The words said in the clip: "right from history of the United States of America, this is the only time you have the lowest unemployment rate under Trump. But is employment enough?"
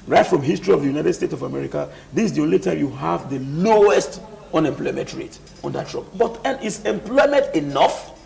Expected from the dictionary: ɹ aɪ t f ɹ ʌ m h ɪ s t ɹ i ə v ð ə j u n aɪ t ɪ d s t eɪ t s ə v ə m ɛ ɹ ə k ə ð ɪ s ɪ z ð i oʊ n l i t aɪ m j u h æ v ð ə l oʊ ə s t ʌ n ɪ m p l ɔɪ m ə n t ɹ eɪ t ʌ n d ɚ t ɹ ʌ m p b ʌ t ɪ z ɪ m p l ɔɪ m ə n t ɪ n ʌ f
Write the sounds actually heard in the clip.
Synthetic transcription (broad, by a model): ɹ aɪ t f ɹ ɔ m h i s t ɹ i ə v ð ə j u n aɪ t ɪ d s t eɪ t s ə v ə m ɛ ɹ ə k ə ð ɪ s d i oʊ n l i t aɪ m j u h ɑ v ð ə l oʊ ə s t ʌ n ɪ m p l ɔɪ m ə n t ɹ eɪ t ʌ n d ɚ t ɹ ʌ p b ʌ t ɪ s ɪ m p l ɔɪ m ə n t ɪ n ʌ f